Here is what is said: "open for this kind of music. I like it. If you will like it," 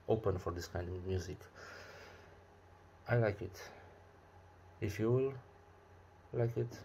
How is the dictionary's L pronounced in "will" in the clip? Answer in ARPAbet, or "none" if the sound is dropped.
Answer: L